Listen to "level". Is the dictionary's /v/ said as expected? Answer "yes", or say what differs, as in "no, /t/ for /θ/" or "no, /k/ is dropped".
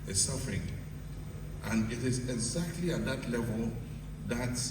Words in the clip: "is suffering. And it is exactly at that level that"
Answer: yes